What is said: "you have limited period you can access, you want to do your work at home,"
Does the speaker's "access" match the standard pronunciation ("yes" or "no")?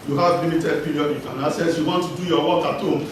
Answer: no